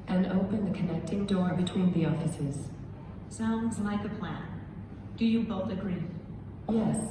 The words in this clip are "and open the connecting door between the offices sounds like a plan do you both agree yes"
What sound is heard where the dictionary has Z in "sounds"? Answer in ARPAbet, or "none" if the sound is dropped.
Z